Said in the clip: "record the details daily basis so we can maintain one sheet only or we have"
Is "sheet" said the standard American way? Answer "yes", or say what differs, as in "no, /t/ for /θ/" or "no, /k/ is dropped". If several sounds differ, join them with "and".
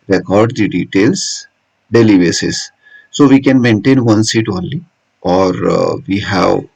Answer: no, /s/ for /ʃ/